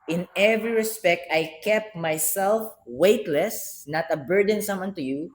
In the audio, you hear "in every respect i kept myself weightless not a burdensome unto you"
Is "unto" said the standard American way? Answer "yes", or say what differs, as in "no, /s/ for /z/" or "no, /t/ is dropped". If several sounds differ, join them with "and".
yes